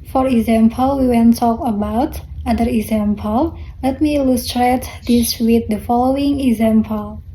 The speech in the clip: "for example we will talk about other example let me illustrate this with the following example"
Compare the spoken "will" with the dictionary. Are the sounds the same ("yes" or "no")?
no